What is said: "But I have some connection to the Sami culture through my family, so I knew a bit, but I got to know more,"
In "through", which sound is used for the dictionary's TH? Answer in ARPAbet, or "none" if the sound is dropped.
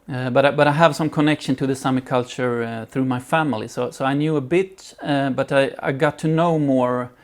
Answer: TH